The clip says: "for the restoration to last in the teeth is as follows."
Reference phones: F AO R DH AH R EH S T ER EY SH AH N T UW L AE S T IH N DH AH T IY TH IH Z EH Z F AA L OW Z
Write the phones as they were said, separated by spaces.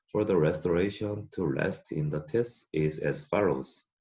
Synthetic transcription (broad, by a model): F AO R DH AH R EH S T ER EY SH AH N T UW L AE S T IH N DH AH T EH S IH Z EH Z F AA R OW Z